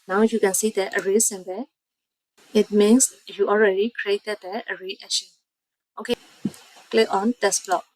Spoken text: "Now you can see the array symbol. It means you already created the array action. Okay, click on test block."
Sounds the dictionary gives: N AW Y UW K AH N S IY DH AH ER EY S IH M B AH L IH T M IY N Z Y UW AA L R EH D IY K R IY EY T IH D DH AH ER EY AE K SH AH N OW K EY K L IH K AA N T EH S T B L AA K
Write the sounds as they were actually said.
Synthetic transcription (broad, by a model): N AW Y UW K AH N S IY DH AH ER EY S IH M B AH IH T M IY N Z Y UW AA L R EH D IY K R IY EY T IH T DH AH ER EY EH SH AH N OW K EY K L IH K AA N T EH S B L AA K